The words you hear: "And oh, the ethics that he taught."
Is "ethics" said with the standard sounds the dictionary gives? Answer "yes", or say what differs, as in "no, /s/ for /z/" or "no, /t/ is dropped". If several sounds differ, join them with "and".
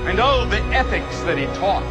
yes